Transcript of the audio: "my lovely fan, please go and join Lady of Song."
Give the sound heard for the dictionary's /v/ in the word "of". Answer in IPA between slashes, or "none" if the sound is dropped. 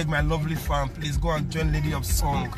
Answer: /p/